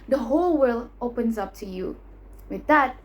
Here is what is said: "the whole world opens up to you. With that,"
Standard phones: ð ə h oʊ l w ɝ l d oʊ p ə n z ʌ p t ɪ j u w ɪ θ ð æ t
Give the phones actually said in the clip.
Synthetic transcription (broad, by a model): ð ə h oʊ l w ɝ l oʊ p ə n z ʌ p t ɪ j u w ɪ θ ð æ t